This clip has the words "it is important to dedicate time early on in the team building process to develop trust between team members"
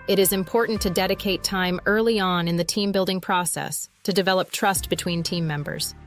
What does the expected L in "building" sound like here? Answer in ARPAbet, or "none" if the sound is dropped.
L